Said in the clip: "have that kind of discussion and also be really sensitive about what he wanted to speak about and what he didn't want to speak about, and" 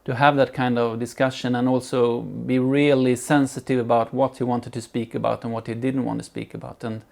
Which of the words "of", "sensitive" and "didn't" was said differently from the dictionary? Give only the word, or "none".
none